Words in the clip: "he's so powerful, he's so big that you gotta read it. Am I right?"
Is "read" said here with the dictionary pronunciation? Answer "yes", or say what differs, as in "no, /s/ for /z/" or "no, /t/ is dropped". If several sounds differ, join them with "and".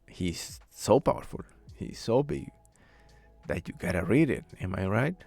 yes